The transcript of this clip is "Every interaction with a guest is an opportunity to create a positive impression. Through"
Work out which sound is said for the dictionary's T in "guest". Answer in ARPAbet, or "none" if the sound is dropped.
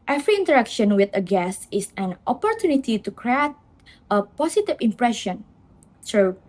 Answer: none